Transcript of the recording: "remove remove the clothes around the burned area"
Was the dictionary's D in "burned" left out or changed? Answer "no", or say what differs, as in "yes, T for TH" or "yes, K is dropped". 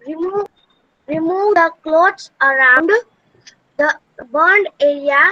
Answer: no